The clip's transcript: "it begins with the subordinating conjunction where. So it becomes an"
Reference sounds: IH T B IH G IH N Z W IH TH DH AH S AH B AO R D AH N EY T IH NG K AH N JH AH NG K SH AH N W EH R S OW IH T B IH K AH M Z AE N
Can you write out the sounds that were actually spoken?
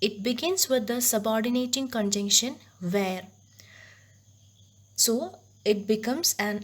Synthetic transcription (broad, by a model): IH T B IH G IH N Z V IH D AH S AH B AO R D AH N EY T IH NG K AH N JH AH NG K SH AH N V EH R S OW IH T B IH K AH M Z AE N